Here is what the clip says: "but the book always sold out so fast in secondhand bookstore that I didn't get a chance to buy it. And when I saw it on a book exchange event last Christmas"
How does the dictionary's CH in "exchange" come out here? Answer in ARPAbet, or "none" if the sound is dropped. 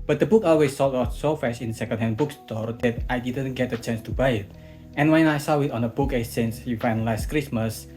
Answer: none